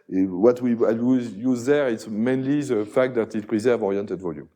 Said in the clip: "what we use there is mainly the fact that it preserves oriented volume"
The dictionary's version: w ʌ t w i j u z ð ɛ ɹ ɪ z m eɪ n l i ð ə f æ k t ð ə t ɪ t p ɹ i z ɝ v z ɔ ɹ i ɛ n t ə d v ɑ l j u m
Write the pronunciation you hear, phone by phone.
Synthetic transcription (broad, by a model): w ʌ t w i j u z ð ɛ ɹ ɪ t m eɪ n l i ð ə f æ k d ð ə t ɪ t p ɹ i z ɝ v ɔ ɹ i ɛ n t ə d v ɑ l j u m